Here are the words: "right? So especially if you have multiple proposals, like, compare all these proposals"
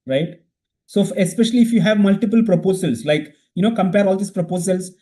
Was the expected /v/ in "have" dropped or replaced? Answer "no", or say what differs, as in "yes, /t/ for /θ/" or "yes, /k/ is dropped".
no